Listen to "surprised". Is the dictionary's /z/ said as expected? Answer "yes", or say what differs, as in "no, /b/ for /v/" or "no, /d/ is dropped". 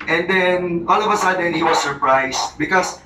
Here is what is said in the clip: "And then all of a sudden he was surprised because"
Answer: no, /s/ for /z/